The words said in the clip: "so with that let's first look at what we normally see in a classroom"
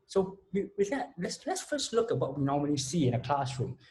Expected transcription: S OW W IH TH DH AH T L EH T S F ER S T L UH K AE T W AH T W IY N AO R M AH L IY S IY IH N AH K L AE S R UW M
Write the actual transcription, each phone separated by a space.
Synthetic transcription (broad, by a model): S OW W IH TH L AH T L EH T S F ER S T L UH K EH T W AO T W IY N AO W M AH N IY S IY IH N AH K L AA S R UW M